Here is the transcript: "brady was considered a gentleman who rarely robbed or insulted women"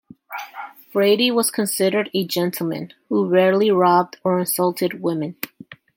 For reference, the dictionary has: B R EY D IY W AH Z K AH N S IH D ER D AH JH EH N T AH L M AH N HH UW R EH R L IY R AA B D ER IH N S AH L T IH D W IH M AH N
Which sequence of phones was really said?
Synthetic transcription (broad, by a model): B R EY D IY W AH Z K AH N S IH D ER D AH JH EH N T L M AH N HH UW R EH R L IY R AA B D ER IH N S AH L T IH D W IH M AH N